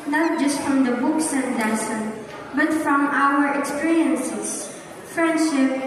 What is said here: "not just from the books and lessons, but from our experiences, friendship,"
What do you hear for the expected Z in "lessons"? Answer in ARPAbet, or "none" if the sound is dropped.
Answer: none